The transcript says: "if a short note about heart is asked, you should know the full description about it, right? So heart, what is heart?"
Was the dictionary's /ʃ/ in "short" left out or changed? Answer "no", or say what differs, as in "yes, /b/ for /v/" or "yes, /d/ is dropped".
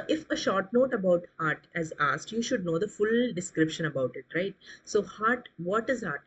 no